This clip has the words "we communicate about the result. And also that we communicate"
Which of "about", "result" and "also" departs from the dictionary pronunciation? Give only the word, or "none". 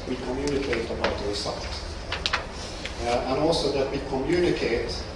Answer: result